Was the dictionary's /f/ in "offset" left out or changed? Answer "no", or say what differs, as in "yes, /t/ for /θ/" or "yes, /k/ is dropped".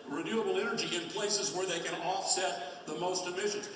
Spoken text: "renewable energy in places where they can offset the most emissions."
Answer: no